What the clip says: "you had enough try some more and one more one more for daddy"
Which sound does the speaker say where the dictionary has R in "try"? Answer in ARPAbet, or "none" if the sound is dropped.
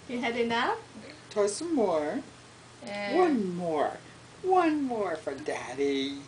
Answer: none